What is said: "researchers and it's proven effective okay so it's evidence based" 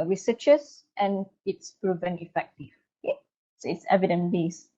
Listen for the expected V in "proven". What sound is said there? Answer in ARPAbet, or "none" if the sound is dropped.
V